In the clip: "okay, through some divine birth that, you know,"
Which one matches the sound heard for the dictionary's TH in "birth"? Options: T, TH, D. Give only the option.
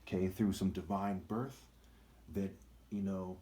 TH